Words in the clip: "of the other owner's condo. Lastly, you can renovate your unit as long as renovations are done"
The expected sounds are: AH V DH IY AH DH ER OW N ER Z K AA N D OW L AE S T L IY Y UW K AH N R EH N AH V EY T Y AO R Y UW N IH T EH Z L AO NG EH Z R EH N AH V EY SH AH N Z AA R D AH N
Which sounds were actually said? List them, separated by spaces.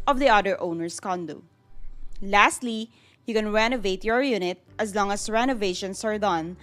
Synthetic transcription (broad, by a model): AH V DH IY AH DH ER OW N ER S K AA N D OW L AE S T L IY Y UW K AH N R EH N AH V EY T Y AO R Y UW N IH T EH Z L AO NG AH S R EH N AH V EY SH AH N S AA R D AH N